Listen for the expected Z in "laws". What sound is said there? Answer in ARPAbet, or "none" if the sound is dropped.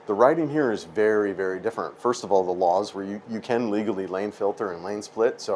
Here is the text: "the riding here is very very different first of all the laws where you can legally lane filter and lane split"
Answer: Z